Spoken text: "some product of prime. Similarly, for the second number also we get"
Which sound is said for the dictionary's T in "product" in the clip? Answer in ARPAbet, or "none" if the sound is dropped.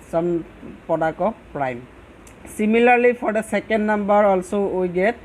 none